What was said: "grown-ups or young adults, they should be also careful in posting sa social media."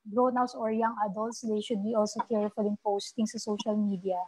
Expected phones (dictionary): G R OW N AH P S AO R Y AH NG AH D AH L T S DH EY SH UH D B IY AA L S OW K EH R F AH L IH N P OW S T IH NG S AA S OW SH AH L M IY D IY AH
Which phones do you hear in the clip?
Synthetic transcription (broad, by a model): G R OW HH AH S AO R Y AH NG AH D AH L T S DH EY SH UH D B IY AA L S OW K EH R F AH L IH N P OW S T IH NG S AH S OW SH AH L M IY D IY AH